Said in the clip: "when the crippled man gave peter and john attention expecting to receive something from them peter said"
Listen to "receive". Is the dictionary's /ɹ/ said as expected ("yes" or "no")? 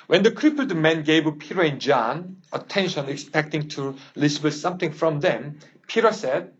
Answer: no